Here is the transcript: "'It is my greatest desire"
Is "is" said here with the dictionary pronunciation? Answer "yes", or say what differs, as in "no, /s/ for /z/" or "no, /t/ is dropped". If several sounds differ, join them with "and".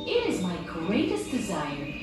yes